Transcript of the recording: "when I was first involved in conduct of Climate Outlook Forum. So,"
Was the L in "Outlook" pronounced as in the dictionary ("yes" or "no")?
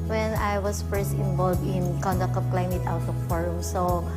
no